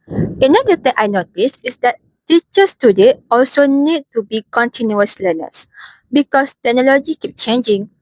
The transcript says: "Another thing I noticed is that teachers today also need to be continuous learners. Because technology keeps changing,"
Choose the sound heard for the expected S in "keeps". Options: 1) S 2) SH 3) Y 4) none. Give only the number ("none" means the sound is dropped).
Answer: 4